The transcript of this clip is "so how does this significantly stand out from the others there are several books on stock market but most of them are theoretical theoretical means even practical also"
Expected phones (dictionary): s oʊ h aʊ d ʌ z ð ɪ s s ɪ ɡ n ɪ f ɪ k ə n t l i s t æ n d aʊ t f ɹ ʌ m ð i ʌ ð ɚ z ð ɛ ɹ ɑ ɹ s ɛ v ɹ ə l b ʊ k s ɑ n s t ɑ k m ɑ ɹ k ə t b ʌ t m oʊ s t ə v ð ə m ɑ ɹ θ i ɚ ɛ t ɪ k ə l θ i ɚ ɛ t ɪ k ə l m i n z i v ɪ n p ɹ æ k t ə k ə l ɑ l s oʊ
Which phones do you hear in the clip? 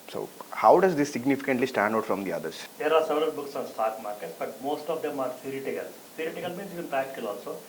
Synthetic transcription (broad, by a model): s oʊ h aʊ d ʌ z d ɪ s s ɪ ɡ n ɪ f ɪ k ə n t l i s t æ n d aʊ t f ɹ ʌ m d i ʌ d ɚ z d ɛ ɹ ɑ ɹ s ɛ v ɹ ə l b ʊ k s ɑ n s t ɑ k m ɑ ɹ k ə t b ʌ t m oʊ s t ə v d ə m ɑ ɹ t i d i t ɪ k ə l t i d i t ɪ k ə l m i n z i v ɪ n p æ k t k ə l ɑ l s oʊ